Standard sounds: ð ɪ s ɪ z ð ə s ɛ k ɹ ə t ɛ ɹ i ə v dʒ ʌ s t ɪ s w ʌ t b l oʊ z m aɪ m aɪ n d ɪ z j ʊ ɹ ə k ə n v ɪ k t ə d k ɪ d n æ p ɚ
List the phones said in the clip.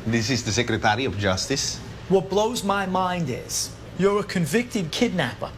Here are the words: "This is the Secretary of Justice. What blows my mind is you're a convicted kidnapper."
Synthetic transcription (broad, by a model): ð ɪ s ɪ z ð ə s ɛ k ɹ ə t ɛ ɹ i ə v dʒ ʌ s t ɪ s w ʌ t b l oʊ z m aɪ m aɪ n d ɪ z j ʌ ɹ ə k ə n v ɪ k t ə d k ɪ d n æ p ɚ